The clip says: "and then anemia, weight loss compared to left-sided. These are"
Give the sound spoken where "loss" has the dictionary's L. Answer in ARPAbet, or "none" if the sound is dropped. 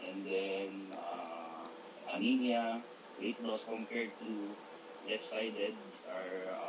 W